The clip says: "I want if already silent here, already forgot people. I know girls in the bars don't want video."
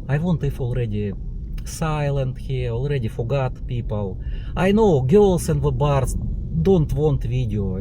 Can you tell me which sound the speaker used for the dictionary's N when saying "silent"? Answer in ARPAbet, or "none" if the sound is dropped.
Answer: N